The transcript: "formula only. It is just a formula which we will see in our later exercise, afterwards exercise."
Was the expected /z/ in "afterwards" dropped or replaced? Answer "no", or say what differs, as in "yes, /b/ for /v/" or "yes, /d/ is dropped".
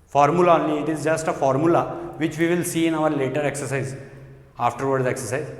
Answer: yes, /z/ is dropped